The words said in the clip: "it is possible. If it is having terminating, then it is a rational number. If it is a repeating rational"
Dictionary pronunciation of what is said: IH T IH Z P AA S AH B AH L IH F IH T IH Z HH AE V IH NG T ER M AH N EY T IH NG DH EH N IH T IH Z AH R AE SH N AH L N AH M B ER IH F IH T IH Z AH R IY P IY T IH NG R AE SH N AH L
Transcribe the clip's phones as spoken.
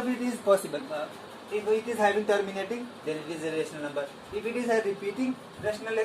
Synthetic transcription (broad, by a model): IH T IH Z P AA S AH B AH L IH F IH T IH Z HH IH B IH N T ER M AH N EY T IH NG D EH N IH T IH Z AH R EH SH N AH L N AH M B ER IH F IH T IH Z AH R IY P IY T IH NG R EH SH N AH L